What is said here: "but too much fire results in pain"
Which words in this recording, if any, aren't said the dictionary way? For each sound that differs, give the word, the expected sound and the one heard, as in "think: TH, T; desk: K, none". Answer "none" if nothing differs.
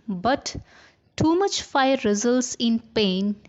none